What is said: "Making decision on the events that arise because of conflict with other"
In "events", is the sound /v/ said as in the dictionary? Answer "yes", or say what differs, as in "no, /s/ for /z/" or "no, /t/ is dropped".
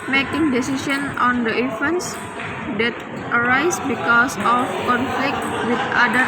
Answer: no, /f/ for /v/